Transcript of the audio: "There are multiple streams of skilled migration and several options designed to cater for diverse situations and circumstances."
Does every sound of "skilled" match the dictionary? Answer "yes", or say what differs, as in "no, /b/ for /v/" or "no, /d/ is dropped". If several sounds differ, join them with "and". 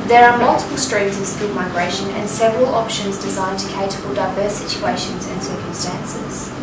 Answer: no, /l/ is dropped